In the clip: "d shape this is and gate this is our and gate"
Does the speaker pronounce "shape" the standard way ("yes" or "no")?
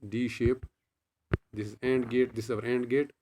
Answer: yes